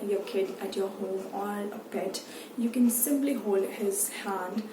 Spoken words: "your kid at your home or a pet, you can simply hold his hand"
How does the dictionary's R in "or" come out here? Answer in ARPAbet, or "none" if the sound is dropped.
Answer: L